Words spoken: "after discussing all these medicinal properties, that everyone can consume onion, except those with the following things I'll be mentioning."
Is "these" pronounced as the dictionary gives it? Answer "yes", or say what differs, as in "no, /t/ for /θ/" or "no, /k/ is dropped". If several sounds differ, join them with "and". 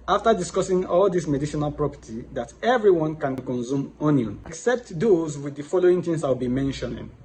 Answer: no, /s/ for /z/